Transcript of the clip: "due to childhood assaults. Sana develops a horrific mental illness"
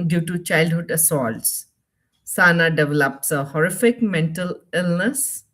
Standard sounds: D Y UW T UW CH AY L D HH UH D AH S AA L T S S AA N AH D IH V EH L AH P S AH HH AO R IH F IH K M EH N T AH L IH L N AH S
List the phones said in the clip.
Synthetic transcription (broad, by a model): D Y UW T UW CH AY L D HH UH D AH S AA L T S S AA N AH D IH V EH L AH P S AH HH AO R IH F IH K M EH N T AH L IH L N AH S